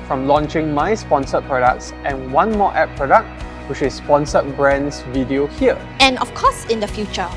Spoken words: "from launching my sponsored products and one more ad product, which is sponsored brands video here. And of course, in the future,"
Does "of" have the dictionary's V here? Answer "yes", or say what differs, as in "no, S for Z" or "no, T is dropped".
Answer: no, F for V